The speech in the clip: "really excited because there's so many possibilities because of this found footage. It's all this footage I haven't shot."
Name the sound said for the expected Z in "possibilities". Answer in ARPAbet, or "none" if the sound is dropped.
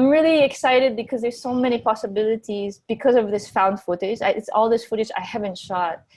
Z